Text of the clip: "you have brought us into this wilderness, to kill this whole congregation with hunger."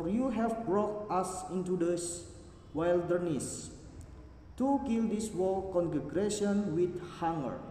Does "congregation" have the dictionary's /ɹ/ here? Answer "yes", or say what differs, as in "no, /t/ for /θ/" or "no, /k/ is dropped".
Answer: no, /ɹ/ is dropped